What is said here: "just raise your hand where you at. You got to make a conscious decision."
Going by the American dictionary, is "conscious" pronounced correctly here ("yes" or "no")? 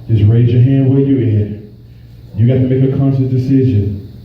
no